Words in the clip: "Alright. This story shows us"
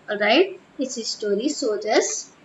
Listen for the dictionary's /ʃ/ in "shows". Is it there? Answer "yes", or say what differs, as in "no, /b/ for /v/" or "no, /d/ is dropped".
no, /s/ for /ʃ/